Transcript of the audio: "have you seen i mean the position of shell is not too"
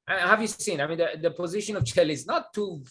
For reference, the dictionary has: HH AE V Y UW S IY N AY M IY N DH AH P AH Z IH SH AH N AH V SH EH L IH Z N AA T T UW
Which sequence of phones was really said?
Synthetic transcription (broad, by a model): HH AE V Y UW S IY N AY M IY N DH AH P AH Z IH SH AH N AH V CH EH L IH Z N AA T T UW